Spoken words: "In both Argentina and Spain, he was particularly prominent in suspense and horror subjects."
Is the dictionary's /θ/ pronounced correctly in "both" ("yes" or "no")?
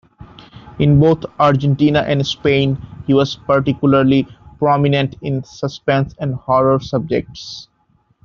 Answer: no